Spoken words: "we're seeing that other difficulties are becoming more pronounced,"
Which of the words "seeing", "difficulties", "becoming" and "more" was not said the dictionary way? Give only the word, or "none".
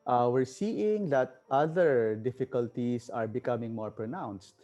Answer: difficulties